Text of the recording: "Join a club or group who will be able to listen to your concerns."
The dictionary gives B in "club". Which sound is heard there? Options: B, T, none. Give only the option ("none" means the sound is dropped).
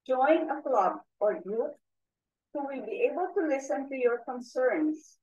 B